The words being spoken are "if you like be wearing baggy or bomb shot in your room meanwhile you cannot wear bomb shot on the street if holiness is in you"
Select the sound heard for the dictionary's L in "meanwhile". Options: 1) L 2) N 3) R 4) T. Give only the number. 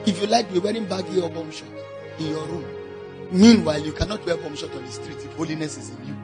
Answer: 1